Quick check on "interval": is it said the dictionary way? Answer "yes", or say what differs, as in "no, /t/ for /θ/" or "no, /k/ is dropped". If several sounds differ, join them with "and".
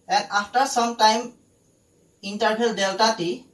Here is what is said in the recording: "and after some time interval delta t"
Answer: no, /b/ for /v/